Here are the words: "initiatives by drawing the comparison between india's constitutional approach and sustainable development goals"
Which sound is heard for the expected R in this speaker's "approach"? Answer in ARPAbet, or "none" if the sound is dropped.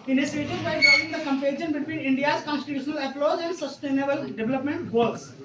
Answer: L